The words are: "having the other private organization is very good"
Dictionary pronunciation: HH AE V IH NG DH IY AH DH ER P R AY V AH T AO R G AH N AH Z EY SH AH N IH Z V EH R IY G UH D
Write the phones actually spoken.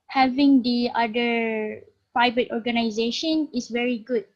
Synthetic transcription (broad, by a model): HH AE V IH NG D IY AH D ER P AY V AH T AO R G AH N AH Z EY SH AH N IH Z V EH R IY G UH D